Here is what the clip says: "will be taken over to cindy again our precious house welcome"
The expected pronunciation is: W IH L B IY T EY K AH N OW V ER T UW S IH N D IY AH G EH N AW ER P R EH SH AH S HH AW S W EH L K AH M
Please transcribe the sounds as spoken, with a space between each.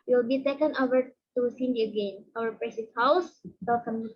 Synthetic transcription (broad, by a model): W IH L B IY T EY K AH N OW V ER T UW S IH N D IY AH G EH N AW ER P R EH S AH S HH AW S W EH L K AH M